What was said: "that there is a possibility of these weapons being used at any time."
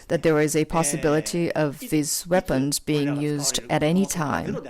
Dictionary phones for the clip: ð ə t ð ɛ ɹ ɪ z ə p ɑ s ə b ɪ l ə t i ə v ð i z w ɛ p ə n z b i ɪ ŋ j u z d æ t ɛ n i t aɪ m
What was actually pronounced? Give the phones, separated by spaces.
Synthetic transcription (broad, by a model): ð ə t ð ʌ ɹ ɪ z ə p ɑ s ə b ɪ l ə t i ə v ð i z w ɛ p ə n z b i ɪ ŋ j u z d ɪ t ɛ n i t aɪ m